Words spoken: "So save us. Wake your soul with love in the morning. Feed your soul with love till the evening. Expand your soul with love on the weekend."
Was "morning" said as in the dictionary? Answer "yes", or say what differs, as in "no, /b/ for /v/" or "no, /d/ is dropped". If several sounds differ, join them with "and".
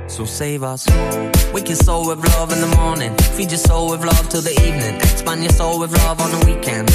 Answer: yes